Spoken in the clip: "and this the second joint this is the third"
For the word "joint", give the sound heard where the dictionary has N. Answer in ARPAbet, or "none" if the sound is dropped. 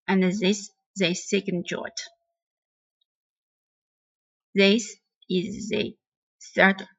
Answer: none